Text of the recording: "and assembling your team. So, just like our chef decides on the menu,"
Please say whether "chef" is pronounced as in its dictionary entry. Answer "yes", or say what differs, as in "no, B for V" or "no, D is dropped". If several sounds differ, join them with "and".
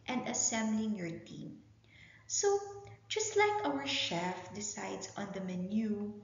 yes